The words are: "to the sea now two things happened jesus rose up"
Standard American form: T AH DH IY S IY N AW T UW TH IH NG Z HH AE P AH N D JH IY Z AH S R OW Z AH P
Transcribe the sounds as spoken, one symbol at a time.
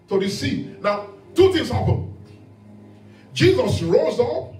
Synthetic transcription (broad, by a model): T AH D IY S IY N AW T UW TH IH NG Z HH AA P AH N JH IY Z AH S R OW Z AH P